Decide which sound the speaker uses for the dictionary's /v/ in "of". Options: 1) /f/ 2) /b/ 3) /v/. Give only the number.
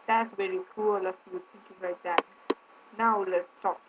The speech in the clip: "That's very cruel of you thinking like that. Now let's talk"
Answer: 1